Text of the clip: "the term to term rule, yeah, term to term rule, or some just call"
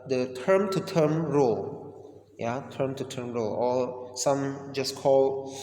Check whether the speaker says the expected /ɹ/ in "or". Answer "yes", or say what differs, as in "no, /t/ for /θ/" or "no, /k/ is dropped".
no, /l/ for /ɹ/